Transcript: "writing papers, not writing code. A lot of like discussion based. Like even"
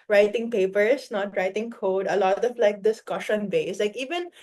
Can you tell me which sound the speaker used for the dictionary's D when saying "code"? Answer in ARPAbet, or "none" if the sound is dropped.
D